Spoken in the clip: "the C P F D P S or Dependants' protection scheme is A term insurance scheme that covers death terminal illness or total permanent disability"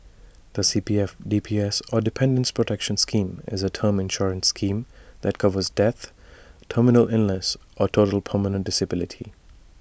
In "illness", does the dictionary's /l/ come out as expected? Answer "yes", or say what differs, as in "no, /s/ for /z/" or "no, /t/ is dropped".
no, /l/ is dropped